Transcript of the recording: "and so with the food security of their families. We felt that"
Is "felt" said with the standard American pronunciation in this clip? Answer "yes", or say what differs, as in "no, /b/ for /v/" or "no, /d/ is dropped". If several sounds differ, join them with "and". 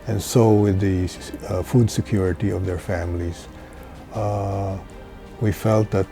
yes